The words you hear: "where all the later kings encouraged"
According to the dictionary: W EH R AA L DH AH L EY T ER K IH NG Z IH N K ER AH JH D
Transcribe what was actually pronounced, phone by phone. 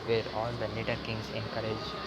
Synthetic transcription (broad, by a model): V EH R AA L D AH N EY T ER K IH NG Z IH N K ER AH JH